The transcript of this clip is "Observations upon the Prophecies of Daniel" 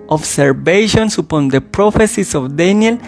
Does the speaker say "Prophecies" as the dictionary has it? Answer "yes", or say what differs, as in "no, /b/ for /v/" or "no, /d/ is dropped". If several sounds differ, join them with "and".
no, /s/ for /z/